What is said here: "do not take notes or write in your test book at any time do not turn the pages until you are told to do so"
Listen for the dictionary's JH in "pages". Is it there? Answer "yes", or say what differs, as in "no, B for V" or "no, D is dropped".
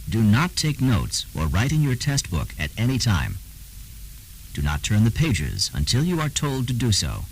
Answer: yes